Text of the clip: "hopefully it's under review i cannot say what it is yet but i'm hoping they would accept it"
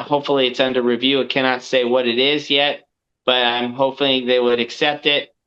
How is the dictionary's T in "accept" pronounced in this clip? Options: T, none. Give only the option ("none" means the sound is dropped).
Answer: T